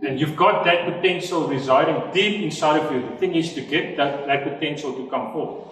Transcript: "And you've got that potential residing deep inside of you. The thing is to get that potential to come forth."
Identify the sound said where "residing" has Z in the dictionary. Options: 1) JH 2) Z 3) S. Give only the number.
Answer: 2